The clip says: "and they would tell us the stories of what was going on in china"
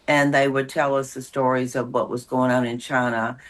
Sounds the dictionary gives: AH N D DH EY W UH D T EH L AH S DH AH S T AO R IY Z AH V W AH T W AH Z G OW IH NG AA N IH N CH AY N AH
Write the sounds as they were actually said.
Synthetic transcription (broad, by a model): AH N DH EY W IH D T EH L AH S DH AH S T AO R IY Z AH V W AH T W AH Z G OW IH NG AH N IH N CH AY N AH